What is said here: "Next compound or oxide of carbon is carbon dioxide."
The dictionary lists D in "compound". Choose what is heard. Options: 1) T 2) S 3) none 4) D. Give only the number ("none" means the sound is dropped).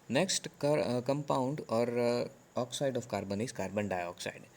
4